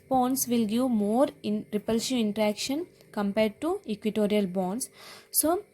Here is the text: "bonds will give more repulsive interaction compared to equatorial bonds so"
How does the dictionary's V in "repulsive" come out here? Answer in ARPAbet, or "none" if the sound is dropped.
none